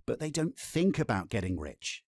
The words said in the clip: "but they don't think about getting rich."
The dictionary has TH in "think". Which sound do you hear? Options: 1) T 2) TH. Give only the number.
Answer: 2